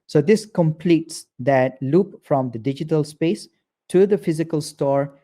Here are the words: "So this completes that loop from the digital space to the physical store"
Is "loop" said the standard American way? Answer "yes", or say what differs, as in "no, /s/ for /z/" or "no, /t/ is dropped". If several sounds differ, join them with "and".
yes